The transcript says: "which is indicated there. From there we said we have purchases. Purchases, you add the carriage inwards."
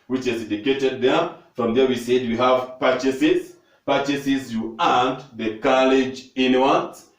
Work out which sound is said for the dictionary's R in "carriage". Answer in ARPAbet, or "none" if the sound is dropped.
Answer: L